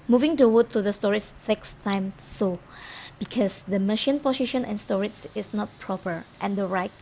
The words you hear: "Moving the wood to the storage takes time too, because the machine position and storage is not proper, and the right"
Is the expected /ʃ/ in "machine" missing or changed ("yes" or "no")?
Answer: no